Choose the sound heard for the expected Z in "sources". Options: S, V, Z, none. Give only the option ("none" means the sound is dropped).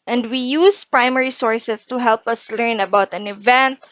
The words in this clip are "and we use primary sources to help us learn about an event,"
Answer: S